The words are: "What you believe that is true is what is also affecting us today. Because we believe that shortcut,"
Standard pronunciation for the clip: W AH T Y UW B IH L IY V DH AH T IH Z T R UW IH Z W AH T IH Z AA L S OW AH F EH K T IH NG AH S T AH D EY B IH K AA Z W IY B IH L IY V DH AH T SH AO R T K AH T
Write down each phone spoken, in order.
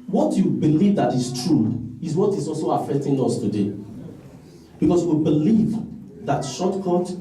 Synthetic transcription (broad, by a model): W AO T Y UW B IH L IY V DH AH T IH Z T R UW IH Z W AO T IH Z AA L S OW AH F EH K T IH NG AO S T AH D EY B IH K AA S W IY B IH L IY V DH AH T SH AO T K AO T